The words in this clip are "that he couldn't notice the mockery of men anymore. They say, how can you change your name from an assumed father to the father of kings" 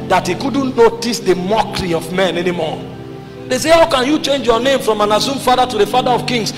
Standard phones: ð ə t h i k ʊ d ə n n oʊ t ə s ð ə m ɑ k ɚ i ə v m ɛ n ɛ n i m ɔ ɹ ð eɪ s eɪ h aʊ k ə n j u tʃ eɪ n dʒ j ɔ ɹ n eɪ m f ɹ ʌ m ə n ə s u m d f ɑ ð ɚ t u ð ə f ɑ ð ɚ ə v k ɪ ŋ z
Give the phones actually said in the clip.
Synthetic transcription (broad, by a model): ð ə t h i k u d n n oʊ t ə s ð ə m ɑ k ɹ i ə v m ɛ n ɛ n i m ɔ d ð eɪ s eɪ h aʊ k ə n j u tʃ eɪ n dʒ j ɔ n eɪ m f ɹ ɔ m ə n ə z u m f ɑ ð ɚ t u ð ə f ɑ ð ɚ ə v k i ŋ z